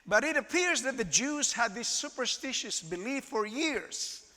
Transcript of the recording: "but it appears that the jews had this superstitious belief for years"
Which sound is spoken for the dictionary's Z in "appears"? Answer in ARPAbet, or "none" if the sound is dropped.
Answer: Z